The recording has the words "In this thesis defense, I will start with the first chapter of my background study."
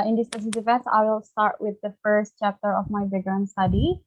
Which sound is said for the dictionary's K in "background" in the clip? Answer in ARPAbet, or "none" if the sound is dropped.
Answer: none